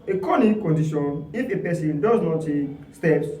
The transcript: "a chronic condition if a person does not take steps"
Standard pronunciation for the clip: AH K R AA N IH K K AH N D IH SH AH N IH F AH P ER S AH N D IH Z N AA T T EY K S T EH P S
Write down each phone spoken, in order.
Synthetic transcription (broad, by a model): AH K AA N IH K K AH N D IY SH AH N IH F AH P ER S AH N D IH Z N AA T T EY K S T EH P S